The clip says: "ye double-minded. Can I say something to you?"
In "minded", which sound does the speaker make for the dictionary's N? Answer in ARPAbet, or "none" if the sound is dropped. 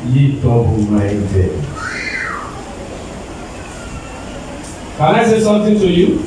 none